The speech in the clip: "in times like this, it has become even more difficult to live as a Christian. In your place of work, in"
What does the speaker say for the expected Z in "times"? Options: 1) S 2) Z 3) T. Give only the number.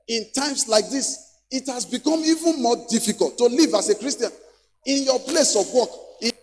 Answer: 1